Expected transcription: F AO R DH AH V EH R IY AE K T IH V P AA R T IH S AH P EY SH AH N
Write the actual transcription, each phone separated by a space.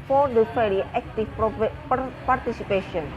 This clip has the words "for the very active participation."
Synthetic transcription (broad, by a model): F AO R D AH F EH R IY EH K T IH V P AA R T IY S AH P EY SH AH N